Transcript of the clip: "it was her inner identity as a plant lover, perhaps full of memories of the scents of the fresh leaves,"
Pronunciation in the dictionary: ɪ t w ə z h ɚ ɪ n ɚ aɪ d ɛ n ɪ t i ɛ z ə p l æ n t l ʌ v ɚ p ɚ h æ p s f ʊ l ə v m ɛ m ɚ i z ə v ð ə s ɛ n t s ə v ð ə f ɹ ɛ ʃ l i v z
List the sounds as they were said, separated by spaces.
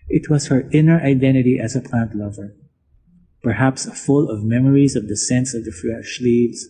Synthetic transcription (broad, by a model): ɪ t w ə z h ɚ ɪ n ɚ aɪ d ɛ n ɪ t i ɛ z ə p l æ n t l ʌ v ɚ p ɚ h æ p s f ʊ l ə v m ɛ m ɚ i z ə v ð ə s ɛ n s ə v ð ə f ɹ ɛ ʃ l i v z